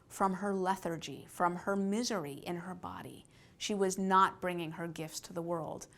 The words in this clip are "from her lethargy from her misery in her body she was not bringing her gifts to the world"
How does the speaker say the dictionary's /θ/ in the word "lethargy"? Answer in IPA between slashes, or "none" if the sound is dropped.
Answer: /θ/